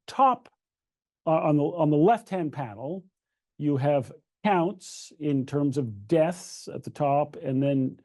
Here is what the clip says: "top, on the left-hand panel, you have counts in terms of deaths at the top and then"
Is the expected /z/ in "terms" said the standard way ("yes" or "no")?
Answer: yes